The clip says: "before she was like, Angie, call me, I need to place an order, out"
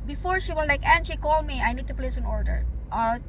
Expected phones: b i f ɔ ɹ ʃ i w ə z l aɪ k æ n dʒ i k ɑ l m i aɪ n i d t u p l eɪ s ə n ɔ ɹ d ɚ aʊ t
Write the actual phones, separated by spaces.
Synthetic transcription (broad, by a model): b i f ɔ ɹ ʃ i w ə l l aɪ k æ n ʃ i k ɑ l m i aɪ n i d t u p l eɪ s ə n ɔ ɹ d ɚ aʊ